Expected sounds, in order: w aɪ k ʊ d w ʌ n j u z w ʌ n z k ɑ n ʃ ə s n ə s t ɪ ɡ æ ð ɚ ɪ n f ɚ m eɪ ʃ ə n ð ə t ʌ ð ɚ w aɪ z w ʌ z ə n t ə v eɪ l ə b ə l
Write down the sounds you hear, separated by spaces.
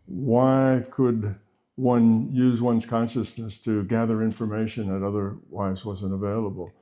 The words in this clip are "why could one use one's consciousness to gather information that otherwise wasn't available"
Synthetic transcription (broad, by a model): w aɪ k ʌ d w ʌ n j u z w ʌ n z k ɑ n ʃ ə s n ə s t ɪ ɡ æ ð ɚ ɪ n f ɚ m eɪ ʃ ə n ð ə t ʌ ð ɚ w aɪ z w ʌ z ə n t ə v eɪ l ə b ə l